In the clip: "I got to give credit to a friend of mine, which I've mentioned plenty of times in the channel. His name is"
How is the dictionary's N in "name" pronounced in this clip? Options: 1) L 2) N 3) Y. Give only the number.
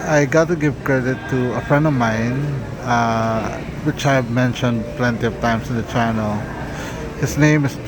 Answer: 2